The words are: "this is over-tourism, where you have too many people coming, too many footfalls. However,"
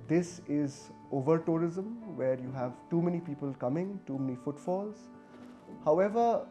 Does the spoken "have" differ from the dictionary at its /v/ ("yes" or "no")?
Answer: no